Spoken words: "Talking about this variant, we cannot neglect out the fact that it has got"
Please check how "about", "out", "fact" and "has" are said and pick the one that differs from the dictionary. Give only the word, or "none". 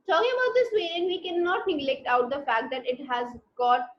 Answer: none